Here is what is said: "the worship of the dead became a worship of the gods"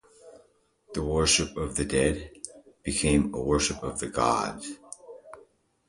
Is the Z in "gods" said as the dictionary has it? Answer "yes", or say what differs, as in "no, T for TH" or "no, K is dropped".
no, Z is dropped